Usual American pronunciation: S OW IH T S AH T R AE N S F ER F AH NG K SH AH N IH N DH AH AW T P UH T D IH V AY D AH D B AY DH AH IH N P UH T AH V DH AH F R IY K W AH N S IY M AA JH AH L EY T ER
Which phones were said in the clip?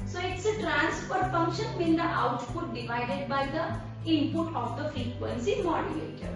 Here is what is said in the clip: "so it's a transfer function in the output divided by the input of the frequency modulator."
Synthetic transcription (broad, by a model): S OW IH T S AH T R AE N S P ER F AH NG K SH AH N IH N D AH AW T P UH T D IH V AY D AH D B AY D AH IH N P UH T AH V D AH F R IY K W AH N S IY M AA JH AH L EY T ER